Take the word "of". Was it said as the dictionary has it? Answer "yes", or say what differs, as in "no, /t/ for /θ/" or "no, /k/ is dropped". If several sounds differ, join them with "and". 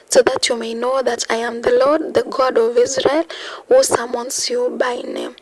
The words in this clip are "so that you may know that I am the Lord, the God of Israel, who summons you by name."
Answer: yes